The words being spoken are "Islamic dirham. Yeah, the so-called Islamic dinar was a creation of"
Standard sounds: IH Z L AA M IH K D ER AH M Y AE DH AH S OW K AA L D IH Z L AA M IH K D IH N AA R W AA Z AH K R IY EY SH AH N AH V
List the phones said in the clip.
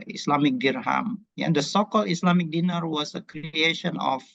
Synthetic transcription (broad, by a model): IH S L AA M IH K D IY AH M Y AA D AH S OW K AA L IH S L AA M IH K D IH N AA R W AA S AH K R IY EY SH AH N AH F